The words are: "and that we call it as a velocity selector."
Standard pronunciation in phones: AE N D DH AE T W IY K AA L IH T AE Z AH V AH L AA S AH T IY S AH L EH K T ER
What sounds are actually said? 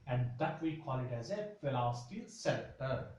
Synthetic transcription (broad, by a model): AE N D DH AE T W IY K AA L IH T AE Z AH F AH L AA S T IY S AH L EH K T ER